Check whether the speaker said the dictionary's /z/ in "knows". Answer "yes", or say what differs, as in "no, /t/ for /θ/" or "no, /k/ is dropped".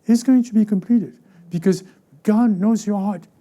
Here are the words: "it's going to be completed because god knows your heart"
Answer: yes